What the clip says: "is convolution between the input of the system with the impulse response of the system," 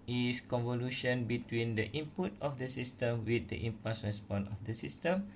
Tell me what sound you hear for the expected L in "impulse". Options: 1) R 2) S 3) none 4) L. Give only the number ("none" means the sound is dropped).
3